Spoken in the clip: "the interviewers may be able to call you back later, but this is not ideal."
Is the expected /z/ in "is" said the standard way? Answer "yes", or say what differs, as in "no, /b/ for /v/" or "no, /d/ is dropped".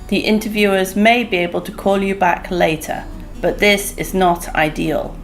yes